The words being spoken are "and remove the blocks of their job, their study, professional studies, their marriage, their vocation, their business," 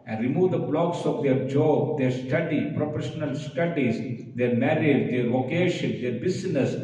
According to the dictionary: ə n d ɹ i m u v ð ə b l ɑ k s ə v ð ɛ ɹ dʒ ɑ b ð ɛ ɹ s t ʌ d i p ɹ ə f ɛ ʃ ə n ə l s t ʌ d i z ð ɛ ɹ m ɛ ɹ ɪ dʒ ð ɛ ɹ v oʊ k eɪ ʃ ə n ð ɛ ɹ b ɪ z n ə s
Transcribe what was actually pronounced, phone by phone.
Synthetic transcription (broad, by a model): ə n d ɹ i m u v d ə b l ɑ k s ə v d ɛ ɹ dʒ ɑ b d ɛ ɹ s t ʌ d i p ɹ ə p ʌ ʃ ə n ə l s t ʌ d i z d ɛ ɹ m ɛ ɹ ɪ dʒ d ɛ ɹ v oʊ k eɪ ʃ ə n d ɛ ɹ b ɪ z n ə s